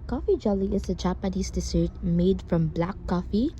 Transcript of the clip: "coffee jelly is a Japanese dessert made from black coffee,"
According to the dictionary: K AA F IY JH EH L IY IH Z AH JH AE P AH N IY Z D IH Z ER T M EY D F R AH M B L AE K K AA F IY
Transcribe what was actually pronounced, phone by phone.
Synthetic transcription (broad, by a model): K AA F IY JH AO L IY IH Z AH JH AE P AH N IY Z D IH S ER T M EY D F R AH M B L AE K K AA F IY